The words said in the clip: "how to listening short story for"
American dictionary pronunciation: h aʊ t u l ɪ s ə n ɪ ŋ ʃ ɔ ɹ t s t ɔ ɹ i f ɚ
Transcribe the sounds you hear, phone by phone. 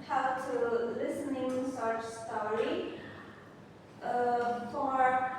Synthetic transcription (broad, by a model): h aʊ t u l ɪ s ə n ɪ ŋ s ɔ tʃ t s t ɔ ɹ i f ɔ